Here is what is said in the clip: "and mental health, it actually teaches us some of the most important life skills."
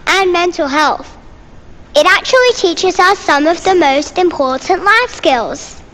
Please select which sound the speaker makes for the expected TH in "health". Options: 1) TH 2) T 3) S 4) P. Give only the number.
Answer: 1